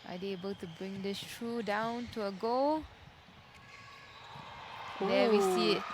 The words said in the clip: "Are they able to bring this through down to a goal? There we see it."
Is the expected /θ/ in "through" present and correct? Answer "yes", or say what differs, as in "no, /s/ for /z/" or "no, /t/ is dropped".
no, /t/ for /θ/